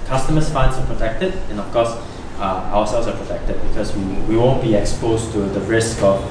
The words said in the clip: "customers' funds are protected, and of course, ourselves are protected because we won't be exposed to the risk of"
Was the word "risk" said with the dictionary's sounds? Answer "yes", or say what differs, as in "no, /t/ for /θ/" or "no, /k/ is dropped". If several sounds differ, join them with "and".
yes